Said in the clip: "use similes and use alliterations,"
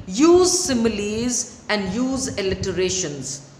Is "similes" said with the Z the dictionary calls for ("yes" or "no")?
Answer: yes